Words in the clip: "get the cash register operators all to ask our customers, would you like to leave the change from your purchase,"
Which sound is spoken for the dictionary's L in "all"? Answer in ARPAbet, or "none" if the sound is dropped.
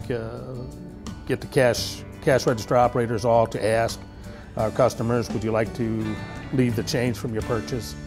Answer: L